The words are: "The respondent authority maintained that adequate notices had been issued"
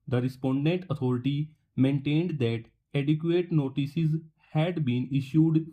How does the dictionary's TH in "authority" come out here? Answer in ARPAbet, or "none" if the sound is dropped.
T